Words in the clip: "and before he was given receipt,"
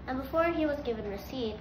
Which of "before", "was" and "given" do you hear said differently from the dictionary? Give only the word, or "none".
none